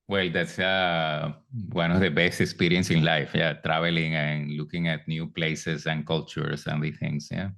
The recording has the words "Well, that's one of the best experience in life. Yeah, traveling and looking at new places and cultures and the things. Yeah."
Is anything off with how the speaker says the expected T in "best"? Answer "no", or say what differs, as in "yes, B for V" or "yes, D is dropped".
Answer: no